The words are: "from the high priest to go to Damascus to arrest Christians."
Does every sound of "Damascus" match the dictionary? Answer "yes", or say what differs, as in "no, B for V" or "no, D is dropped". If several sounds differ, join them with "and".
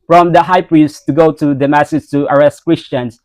no, K is dropped